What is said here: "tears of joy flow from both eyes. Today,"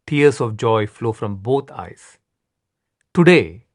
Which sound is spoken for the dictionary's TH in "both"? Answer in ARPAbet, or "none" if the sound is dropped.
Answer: T